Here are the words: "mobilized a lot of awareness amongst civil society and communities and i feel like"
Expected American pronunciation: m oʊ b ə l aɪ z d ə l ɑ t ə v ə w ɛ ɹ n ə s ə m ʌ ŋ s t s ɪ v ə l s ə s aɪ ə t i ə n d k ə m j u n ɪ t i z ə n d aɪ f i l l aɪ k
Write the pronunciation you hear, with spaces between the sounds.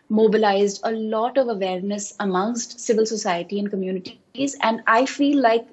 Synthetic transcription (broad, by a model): m oʊ b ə l aɪ z d ə l ɑ t ə v ə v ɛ ɹ n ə s ə m ʌ ŋ s t s ɪ v ə l s ə s aɪ ə t i ə n d k ə m j u n ɪ t i z ə n d aɪ f i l l aɪ k